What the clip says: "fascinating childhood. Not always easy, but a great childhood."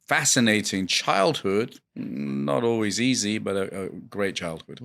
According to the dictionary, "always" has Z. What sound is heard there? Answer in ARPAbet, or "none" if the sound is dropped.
Z